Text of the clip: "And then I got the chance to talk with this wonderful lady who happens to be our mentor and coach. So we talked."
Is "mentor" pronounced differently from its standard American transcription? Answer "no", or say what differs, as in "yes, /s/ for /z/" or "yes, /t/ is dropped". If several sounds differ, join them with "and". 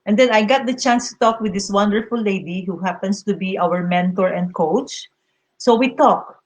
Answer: no